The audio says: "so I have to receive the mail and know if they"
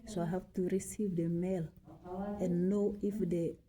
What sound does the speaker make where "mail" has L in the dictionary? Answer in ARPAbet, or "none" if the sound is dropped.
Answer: L